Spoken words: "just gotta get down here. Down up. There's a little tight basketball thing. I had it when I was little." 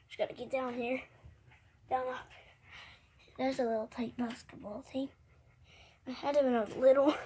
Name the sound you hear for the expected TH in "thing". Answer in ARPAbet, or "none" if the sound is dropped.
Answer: T